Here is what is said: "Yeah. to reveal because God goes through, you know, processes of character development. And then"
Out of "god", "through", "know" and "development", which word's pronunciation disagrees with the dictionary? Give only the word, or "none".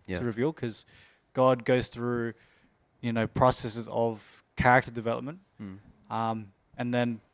none